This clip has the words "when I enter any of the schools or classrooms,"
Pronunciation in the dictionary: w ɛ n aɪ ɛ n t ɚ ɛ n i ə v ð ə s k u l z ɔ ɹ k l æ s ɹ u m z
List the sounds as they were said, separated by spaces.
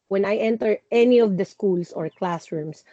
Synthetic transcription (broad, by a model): w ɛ n aɪ ɛ n t ɚ ɛ n i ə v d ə s k u l s ɔ ɹ k l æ s ɹ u m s